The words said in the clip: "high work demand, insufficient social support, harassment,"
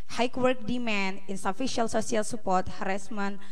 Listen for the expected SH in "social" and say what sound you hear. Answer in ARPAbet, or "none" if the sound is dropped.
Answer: S